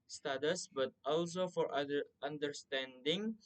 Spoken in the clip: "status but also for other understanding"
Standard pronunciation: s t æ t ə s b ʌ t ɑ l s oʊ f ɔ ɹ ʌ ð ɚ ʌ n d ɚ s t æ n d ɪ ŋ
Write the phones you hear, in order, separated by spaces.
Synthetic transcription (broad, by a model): s t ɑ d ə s b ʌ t ɑ l s oʊ f ɔ ɹ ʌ ɚ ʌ n d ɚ s t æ n d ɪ ŋ